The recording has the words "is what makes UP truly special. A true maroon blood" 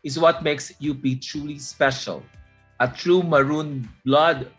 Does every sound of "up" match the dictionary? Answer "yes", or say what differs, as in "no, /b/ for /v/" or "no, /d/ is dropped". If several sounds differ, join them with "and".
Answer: no, /b/ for /p/